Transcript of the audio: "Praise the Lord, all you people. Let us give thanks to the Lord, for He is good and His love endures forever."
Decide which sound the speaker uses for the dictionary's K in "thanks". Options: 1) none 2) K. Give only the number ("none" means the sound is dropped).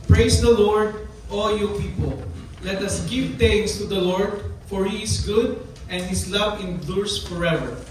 1